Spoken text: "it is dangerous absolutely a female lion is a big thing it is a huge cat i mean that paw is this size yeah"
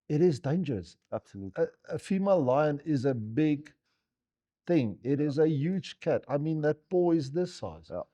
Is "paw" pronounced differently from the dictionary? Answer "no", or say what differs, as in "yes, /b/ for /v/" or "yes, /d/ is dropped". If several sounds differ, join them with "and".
yes, /b/ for /p/